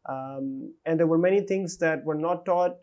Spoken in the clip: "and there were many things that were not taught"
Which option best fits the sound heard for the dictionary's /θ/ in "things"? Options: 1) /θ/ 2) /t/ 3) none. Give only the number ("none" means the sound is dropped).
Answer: 2